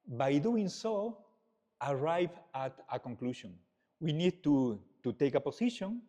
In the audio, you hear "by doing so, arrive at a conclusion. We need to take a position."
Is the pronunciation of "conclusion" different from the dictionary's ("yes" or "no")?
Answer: yes